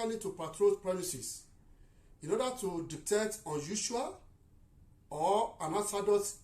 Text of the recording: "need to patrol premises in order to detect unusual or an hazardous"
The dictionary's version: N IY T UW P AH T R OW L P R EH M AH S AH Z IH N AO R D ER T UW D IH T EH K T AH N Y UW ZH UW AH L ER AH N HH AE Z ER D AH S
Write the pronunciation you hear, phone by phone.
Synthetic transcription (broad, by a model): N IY T UW P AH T R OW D P R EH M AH S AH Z IH N AO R D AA T UW D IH T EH T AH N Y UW SH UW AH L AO AH N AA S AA D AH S